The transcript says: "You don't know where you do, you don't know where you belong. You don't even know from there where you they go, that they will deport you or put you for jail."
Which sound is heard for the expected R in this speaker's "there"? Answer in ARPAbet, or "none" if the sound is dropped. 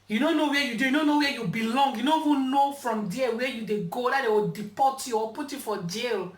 L